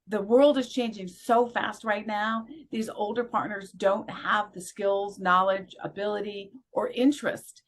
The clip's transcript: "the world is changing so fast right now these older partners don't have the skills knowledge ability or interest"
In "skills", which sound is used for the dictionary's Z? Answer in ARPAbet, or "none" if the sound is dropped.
Z